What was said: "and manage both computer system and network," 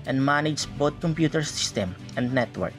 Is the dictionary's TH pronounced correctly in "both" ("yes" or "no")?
no